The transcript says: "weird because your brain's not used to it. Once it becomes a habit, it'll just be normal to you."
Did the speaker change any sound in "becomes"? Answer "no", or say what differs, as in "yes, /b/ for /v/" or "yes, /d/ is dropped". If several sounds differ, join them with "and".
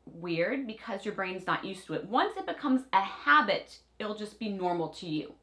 no